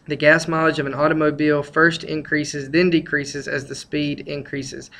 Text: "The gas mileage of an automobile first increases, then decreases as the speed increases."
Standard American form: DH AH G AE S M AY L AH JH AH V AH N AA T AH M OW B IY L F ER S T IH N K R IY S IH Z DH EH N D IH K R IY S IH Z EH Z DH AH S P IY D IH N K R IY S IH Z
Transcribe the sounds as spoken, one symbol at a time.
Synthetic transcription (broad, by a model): DH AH G AE S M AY L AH JH AH V AH N AA T AH M OW B IY L F ER S T IH N K R IY S IH Z DH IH N D IH K R IY S IH Z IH Z DH AH S P IY D IH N K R IY S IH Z